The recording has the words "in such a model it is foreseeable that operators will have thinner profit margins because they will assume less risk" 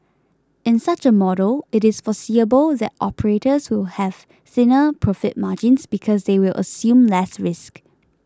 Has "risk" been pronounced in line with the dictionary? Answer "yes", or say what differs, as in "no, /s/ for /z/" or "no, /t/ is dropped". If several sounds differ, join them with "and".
yes